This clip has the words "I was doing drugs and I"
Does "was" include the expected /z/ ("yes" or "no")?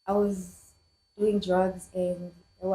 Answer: yes